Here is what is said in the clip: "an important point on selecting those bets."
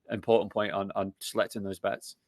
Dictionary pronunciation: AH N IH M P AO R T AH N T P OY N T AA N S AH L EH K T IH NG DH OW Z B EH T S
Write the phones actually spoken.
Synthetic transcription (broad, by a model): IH M P AO R T N P OY N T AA N S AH L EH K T IH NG DH OW Z B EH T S